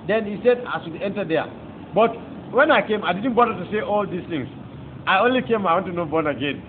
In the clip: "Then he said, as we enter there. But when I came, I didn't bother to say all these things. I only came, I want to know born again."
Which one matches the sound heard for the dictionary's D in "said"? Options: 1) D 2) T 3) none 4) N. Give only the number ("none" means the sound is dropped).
1